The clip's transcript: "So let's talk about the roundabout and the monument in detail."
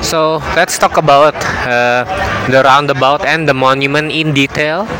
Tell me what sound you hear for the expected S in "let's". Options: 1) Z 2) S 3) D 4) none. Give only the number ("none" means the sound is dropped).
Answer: 2